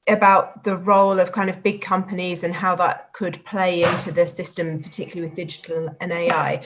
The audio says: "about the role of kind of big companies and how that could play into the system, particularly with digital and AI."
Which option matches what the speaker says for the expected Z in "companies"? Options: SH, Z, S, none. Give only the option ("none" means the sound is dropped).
Z